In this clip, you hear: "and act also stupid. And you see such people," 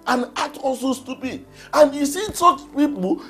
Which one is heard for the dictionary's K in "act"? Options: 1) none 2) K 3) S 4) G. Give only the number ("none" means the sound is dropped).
1